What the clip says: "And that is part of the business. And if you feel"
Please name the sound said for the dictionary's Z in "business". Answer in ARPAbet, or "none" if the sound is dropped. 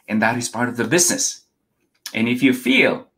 Z